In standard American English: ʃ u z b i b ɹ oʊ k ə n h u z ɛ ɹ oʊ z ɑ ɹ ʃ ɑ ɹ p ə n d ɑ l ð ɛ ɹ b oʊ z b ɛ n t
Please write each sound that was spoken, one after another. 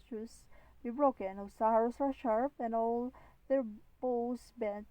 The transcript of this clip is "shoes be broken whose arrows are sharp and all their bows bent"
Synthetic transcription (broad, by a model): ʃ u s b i b ɹ oʊ k ə n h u s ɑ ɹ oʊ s ɑ ɹ ʃ ɑ ɹ p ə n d ɑ l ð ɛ ɹ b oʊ s b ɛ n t